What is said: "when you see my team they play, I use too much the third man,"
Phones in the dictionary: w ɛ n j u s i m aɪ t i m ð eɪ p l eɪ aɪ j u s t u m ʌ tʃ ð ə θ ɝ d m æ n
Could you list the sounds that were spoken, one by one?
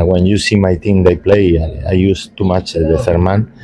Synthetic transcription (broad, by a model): w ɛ n j u s i m aɪ t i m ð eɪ p l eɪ aɪ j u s t u m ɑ tʃ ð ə f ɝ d m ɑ n